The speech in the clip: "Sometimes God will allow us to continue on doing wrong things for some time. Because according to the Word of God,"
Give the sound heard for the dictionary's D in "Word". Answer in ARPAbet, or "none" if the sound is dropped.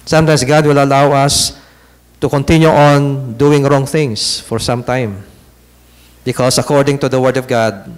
D